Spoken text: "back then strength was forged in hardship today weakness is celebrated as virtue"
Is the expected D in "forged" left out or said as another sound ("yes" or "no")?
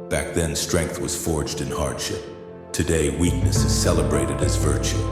no